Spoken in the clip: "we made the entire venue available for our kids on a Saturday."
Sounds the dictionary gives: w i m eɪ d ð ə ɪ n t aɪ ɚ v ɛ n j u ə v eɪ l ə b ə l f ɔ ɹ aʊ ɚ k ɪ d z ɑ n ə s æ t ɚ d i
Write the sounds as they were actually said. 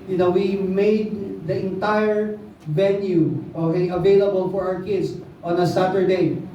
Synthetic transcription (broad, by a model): w i m eɪ d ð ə ɪ n t aɪ ɚ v ɛ n j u ə v eɪ l ə b ə l f ɔ ɹ aʊ ɚ k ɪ d s ɑ n ə s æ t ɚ d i